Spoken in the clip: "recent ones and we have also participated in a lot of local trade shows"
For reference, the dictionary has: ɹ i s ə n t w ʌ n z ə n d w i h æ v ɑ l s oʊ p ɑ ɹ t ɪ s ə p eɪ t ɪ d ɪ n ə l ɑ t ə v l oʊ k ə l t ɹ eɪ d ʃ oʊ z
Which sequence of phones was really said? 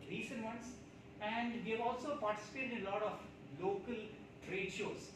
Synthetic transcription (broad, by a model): ɹ i s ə n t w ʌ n s ə n d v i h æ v ɑ l s oʊ p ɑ ɹ t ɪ s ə p eɪ t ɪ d ɪ n ə l ɑ t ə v l oʊ k ə l t ɹ eɪ d ʃ oʊ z